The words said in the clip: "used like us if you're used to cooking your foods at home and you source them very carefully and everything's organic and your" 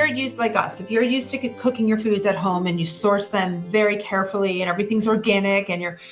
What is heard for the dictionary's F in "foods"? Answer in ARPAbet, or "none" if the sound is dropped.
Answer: F